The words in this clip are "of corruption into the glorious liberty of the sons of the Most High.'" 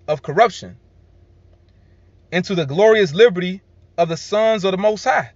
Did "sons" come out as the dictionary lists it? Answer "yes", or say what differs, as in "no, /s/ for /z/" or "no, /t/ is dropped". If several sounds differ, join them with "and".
yes